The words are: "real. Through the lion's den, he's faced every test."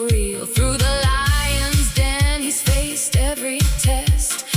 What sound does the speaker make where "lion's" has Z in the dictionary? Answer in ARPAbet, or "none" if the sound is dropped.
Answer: Z